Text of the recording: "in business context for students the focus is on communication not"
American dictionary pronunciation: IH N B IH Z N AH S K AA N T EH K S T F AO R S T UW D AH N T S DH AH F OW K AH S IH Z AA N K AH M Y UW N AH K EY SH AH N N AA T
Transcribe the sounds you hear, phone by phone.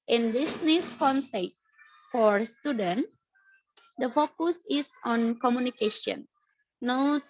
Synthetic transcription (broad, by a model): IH N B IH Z N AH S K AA N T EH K T F AO R S T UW D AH N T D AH F OW K AH S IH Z AA N K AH M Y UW N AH K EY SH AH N N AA